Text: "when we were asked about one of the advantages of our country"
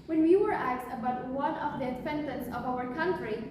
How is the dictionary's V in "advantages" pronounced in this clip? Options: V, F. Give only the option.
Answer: F